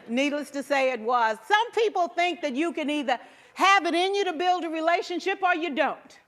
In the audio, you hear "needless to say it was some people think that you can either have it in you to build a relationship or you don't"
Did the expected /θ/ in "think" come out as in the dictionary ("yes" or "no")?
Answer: yes